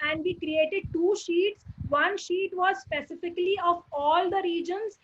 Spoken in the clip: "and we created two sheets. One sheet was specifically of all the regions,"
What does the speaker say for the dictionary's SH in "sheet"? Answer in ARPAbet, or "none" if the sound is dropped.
SH